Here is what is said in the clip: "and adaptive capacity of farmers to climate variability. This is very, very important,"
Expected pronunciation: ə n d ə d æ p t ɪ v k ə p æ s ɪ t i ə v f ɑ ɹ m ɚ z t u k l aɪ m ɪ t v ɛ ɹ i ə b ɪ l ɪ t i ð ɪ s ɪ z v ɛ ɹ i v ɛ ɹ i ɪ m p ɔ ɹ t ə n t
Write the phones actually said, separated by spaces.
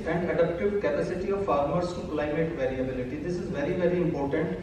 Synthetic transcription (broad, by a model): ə n d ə d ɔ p t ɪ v k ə p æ s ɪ t i ə v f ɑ ɹ m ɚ s t u k l aɪ m ɪ t v ɛ ɹ i ə b ɪ l ɪ t i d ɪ s ɪ z v ɛ ɹ i v ɛ ɹ i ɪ m p ɔ ɹ t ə n t